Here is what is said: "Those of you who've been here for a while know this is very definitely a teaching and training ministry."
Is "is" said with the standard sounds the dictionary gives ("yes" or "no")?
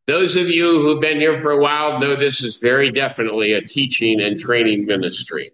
yes